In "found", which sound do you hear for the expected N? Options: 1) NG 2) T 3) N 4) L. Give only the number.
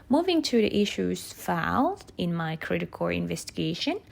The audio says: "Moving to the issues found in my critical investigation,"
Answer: 4